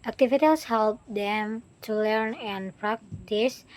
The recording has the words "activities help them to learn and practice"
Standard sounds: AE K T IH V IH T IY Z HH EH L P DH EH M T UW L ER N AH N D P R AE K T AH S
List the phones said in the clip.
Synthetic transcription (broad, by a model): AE K T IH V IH T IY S HH EH L P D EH M T UW L ER N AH N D P R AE K T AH S